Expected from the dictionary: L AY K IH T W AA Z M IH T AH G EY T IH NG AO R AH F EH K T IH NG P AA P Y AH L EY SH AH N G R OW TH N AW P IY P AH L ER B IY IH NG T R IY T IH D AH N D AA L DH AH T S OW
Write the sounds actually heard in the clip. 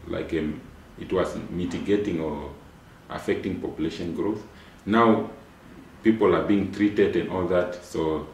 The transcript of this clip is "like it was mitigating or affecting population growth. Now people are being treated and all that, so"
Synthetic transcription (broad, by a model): L AY K IH T W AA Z M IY T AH G EY T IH NG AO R AH F EH K T IH NG P AA P Y AH L EY SH AH N G R OW TH N AW P IY P AH L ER B IY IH NG T R IY T IH D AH N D AA L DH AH T S OW